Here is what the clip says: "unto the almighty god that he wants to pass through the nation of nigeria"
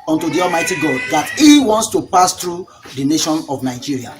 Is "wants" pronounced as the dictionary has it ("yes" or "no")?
yes